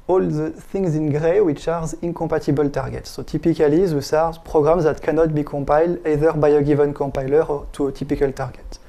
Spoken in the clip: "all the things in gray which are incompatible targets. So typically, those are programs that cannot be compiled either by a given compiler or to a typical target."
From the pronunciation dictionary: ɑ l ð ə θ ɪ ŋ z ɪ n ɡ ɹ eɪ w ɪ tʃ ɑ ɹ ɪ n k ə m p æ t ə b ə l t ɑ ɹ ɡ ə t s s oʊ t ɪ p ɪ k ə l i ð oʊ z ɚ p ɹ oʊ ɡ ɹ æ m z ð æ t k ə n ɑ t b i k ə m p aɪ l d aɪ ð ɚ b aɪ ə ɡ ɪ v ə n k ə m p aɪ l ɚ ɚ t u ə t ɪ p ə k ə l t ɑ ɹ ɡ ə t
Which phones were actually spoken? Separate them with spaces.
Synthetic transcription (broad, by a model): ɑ l ð ə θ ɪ ŋ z ɪ n ɡ ɹ eɪ w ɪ tʃ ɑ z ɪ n k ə m p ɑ t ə b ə l t ɑ ɹ ɡ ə t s s oʊ t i p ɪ k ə l i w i s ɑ p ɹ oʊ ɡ ɹ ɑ m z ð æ t k ə n ɑ t b i k ə m p aɪ l d aɪ ð ɚ b aɪ ə ɡ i v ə n k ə m p aɪ l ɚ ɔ t u ə t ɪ p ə k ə l t ɑ ɹ ɡ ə t